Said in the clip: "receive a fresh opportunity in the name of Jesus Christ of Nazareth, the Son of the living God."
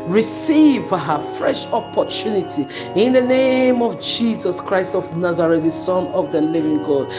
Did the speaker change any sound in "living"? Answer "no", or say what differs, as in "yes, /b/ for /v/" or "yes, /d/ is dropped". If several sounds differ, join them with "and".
no